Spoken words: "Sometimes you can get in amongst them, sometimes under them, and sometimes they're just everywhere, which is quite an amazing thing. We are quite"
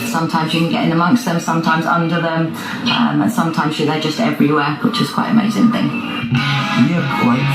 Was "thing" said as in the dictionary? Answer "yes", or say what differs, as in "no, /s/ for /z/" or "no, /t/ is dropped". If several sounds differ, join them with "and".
yes